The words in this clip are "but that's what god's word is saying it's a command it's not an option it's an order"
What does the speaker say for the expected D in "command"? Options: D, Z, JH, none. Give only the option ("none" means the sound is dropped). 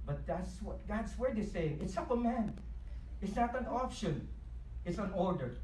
none